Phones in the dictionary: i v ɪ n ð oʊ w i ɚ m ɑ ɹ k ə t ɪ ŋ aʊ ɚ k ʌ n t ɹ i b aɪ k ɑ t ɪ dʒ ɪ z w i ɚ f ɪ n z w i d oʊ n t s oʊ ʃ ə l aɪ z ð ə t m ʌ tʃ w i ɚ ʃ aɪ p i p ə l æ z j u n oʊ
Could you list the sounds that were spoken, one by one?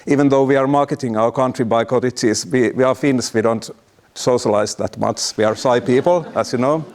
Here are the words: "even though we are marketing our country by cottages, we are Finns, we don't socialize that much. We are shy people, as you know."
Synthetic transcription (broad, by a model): i v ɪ n ð oʊ w i ɚ m ɑ ɹ k ə t ɪ ŋ aʊ ɚ k ʌ n t ɹ i b aɪ k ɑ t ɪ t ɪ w w i ɚ f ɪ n s w i d oʊ n t s oʊ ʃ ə l aɪ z ð ə t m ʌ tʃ w i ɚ s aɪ p i p ə l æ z j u n oʊ